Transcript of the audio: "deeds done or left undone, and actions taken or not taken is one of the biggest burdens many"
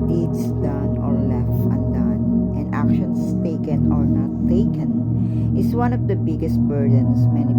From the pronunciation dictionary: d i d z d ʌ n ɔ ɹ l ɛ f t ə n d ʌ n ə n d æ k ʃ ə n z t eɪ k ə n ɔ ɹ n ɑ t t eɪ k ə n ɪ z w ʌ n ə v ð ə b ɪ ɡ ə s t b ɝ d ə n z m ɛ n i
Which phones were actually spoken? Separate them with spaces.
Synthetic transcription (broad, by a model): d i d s d ʌ n ɔ ɹ l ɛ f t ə n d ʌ n ə n d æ k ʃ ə n s t eɪ k ə n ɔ ɹ n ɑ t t eɪ k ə n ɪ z w ʌ n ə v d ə b ɪ ɡ ə s t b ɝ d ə n s m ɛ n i